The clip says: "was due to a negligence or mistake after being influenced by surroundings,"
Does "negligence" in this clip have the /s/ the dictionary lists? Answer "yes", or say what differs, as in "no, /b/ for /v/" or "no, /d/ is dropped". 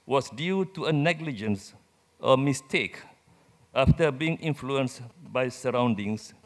yes